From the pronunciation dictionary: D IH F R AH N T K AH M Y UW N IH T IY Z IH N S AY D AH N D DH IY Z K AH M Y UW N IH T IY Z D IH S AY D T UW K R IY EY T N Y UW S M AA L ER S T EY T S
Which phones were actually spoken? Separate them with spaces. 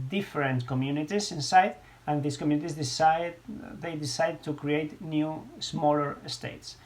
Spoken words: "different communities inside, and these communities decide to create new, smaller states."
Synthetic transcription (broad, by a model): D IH F R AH N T K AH M Y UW N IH T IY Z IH N S AY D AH N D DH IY S K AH M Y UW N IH T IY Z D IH S AY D T UW K R IY EY T N Y UW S M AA L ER S T EY T S